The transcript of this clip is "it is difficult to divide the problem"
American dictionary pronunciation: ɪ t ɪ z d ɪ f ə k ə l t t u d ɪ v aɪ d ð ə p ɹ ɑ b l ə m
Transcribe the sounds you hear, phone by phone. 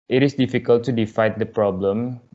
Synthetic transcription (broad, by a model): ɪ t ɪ s d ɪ f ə k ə l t t u d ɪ f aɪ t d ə p ɹ ɑ b l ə m